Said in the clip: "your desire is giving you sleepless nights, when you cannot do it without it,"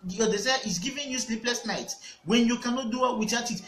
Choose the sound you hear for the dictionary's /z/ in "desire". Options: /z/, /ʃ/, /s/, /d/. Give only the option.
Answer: /s/